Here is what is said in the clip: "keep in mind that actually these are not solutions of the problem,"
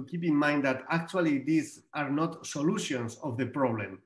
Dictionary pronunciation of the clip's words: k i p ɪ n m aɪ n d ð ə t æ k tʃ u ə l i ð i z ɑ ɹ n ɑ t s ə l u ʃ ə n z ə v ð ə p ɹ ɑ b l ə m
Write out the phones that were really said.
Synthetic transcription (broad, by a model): k i p ɪ n m aɪ n d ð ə t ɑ k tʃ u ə l i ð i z ɑ ɹ n ɑ t s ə l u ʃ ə n s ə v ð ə p ɹ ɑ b l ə m